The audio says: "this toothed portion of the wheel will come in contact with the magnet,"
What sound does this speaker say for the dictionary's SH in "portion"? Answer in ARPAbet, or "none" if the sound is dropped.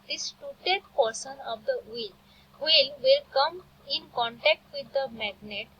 S